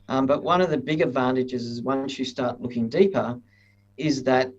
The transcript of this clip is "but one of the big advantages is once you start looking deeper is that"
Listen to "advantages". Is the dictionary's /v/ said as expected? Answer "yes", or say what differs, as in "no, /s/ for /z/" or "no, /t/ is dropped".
yes